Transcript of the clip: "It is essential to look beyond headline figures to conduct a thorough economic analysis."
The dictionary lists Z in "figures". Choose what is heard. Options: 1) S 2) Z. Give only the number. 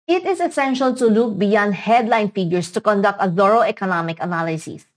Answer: 1